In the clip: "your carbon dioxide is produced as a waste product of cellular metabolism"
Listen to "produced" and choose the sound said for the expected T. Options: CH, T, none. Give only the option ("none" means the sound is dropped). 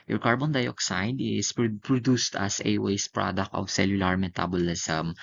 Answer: T